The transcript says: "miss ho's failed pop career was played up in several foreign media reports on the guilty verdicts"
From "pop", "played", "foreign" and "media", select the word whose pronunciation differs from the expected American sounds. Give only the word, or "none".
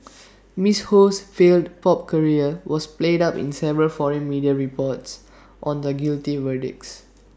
none